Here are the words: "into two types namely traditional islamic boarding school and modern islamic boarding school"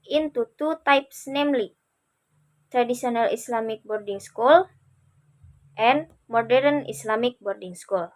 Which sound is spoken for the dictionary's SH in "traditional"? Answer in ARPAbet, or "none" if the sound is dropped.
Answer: S